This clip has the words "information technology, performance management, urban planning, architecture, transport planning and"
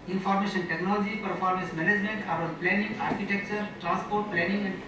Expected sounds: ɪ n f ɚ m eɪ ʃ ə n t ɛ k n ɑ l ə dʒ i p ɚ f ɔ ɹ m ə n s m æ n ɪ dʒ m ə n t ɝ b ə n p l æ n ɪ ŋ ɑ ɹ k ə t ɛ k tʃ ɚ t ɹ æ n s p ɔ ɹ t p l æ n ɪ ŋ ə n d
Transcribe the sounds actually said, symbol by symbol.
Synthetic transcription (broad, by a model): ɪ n f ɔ m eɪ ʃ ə n t ɛ k n ɑ l ə dʒ i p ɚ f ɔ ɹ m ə s m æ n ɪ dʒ m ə n t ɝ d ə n p l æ n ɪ ŋ ɑ ɹ k ə t ɛ k tʃ ɚ t ɹ æ n s p ɔ ɹ t p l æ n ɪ ŋ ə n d